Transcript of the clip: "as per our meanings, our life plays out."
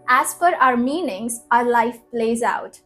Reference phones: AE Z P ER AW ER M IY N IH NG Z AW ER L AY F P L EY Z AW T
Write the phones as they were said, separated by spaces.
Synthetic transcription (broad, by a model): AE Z F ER AW ER M IY N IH NG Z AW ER L AY F P L EY Z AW T